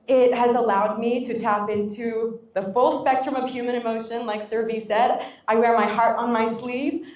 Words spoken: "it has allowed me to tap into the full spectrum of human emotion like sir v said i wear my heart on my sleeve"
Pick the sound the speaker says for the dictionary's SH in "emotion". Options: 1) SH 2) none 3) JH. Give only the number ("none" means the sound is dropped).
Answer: 1